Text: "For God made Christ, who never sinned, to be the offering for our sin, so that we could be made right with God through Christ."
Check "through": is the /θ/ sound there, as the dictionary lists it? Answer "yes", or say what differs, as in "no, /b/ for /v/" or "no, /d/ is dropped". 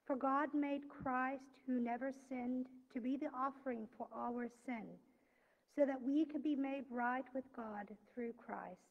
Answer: yes